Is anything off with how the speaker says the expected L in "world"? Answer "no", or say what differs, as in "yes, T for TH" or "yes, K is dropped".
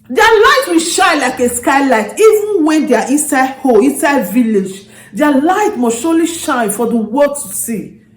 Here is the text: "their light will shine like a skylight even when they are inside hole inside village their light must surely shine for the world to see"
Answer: yes, L is dropped